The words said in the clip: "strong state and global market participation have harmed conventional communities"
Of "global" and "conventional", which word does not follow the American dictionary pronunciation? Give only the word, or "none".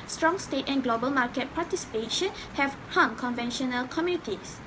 none